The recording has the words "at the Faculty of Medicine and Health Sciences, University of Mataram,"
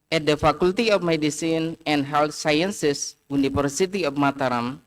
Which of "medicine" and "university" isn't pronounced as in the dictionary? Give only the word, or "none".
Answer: university